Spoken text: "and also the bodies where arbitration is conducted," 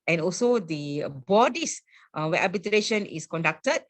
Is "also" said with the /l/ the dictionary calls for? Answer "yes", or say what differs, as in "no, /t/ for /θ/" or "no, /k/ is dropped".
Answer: yes